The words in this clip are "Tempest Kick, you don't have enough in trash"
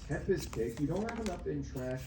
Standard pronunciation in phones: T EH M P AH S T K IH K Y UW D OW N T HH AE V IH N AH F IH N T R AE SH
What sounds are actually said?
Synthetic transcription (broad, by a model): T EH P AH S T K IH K Y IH D OW N T HH AE V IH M AH P IH N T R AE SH